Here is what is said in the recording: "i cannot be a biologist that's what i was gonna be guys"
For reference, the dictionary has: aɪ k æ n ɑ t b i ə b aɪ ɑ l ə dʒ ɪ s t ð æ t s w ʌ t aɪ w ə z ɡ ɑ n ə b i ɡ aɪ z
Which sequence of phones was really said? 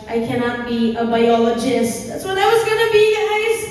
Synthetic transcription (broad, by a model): aɪ k æ n ɑ t b i ə b aɪ ɑ l ə dʒ ɪ s t ð æ t s w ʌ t aɪ w ə z ɡ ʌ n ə b i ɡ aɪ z